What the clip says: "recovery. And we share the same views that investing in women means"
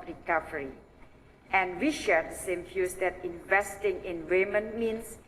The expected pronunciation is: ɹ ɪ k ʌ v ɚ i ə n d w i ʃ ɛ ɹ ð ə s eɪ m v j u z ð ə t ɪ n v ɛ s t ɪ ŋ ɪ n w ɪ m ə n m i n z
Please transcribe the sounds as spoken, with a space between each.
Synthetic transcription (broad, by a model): ɹ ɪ k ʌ v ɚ i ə n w i ʃ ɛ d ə s eɪ m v j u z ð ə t ɪ n v ɛ s t ɪ ŋ ɪ n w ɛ m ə n m i n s